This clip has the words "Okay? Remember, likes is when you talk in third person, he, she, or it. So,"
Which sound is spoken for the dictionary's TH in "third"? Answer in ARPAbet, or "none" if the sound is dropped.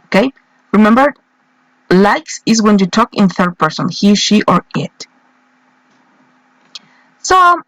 TH